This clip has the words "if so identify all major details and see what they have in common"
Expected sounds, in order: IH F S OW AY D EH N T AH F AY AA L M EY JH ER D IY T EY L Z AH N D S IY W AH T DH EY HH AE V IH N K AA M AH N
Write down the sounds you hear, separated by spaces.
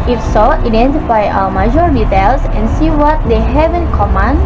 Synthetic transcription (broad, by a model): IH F S OW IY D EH N T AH F AY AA W M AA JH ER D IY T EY L S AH N S IY W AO T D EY HH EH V IH N K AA M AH N